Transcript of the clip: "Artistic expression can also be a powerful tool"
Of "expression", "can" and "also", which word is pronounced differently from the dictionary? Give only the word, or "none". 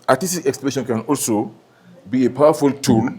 expression